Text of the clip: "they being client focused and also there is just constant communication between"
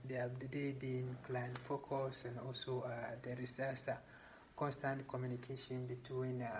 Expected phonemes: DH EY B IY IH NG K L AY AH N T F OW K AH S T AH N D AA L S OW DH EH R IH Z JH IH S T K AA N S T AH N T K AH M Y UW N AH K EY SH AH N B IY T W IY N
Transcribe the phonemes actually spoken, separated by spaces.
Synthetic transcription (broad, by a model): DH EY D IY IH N K L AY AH N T F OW K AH S AH N D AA L S OW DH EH R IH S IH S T K AA N S T AH N T K AH M Y UW N AH K EY SH AH N B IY T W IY N